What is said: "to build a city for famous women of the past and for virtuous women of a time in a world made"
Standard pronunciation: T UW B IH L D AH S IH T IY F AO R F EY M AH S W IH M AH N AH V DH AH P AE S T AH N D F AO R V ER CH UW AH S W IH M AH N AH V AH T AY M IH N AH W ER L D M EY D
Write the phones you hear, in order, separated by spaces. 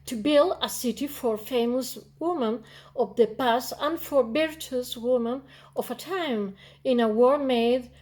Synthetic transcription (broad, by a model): T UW B IH L D AH S IH T IY F AO R F EY M AH S W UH M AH N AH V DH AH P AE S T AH N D F AO R B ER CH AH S W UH M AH N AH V AH T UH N IH N AH W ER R M EY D